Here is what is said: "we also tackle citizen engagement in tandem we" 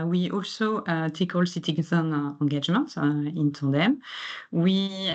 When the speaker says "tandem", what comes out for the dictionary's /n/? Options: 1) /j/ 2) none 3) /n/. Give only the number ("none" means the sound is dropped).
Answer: 2